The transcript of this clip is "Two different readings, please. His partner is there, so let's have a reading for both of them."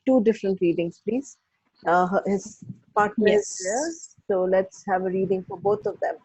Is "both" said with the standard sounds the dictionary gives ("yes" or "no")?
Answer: no